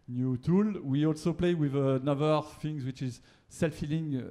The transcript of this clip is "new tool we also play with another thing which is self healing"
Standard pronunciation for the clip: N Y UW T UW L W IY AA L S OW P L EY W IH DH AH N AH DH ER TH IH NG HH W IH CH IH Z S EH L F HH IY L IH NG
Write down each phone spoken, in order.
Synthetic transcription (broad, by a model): N Y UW T UW L W IY AA L S OW P L EY W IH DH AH N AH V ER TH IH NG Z W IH CH IH Z S EH L F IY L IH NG